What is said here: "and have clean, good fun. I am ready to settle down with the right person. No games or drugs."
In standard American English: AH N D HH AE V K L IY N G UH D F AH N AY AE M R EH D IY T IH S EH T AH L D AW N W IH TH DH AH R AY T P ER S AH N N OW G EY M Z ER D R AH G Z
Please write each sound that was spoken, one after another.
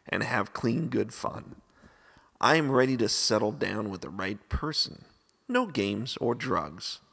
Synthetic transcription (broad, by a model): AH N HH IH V K L IY N G UH D F AH N AY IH M R EH D IY T IH S EH T L D AW N W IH DH AH R AY T P ER S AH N N OW G EY M Z ER D R AH G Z